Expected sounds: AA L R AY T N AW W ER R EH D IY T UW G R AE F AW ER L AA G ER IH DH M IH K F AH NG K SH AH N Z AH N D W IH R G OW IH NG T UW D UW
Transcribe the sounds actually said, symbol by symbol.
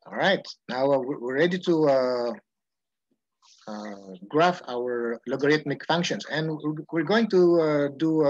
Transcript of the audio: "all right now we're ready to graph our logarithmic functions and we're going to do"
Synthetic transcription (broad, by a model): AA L R AY T N AW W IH R EH D IY T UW G R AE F AW ER L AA G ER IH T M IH K F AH NG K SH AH N S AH N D W IH R G OW IH NG T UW D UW